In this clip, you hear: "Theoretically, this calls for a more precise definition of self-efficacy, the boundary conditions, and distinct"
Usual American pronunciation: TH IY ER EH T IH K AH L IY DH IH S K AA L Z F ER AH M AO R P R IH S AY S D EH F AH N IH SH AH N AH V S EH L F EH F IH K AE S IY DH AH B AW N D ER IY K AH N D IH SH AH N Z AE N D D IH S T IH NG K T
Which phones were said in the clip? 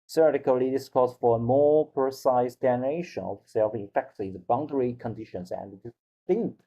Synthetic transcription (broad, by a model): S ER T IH K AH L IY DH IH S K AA Z F ER AH M AO R P R IH S AY S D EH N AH IH SH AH N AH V S EH L F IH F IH K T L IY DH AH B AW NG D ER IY K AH N D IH SH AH N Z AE N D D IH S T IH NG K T